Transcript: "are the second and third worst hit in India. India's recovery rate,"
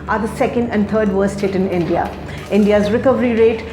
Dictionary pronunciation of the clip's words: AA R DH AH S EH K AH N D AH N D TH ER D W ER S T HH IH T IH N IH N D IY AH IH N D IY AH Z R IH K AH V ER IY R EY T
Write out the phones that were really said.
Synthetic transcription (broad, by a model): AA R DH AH S EH K AH N D AH N D T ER D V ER S T HH IH T IH N IH N D IY AH IH N D IY AH Z R IH K AH V ER IY R EY T